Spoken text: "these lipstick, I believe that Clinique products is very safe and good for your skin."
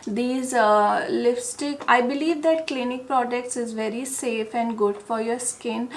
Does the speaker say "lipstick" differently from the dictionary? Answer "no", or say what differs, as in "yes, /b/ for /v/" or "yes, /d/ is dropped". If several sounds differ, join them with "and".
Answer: yes, /f/ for /p/